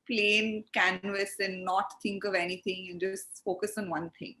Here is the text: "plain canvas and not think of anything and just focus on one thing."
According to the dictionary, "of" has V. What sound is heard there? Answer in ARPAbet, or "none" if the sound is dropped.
V